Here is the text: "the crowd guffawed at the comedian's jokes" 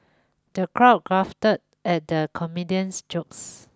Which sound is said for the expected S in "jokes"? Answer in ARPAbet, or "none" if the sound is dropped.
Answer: S